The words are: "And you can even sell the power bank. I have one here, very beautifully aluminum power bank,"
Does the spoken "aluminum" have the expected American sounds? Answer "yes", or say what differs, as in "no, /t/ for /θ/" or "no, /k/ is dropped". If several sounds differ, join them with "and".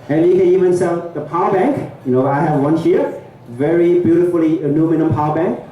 no, /n/ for /l/